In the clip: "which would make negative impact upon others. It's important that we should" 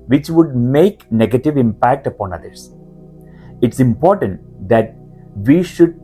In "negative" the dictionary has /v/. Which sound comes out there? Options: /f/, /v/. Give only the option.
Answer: /v/